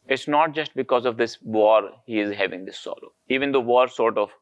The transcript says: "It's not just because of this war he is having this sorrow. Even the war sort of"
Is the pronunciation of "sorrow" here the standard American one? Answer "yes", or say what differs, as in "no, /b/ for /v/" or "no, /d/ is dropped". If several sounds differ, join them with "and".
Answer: no, /l/ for /ɹ/